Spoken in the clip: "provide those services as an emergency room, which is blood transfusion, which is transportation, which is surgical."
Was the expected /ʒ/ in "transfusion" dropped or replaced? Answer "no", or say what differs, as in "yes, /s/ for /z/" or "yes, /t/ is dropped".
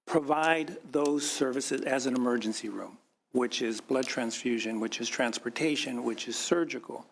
no